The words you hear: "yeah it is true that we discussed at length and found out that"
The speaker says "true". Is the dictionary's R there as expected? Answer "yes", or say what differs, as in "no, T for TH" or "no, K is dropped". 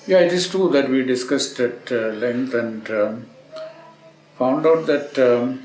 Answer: no, R is dropped